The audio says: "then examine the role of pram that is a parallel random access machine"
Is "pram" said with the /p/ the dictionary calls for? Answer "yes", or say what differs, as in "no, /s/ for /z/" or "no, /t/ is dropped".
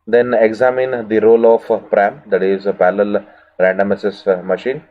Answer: yes